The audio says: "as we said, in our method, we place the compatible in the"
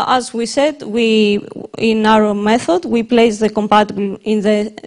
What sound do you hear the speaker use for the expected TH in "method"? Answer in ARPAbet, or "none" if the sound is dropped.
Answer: TH